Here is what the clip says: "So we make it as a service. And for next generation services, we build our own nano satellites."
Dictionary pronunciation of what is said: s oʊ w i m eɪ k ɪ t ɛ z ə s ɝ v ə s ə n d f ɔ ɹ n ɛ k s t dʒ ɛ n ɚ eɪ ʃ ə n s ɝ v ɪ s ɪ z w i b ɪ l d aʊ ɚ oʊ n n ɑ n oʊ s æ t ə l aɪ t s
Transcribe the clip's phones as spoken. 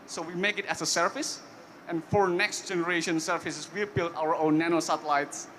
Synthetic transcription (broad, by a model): s oʊ w i m eɪ k ɪ t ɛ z ə s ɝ f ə s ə n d f ɔ ɹ n ɛ k s t dʒ ɛ n ɚ eɪ ʃ ə n s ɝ f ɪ s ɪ s w i b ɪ l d aʊ ɚ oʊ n n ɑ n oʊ s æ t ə l aɪ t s